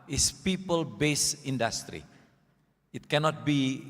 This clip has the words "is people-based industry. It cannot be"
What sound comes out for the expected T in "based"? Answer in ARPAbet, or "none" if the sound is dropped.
none